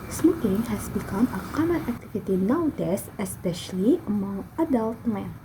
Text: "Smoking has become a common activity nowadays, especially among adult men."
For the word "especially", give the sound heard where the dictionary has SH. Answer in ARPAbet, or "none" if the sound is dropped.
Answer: SH